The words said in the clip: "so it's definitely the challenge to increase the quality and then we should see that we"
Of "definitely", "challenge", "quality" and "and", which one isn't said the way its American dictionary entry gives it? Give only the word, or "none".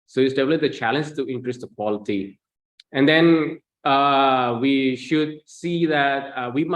definitely